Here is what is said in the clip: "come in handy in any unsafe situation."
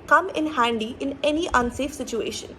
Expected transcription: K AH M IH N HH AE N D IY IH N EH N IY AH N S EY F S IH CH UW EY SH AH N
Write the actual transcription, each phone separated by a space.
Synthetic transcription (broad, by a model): K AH M IH N HH AE N D IY IH N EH N IY AH N S EY F S IH CH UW EY SH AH N